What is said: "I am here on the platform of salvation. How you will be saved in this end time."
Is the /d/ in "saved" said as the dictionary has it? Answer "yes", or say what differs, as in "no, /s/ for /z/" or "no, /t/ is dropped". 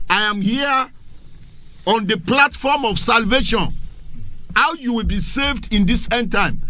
yes